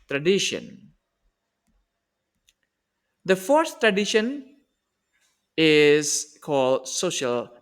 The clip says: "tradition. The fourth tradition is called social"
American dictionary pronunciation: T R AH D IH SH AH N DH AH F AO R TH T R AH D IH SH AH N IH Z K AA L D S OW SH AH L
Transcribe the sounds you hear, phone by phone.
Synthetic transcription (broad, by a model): T R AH D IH SH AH N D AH F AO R S T R AH D IH SH AH N IH Z K AA L D S OW SH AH L